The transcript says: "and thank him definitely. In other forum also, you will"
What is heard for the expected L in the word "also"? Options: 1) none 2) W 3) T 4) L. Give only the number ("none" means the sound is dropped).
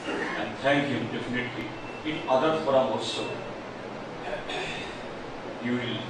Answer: 1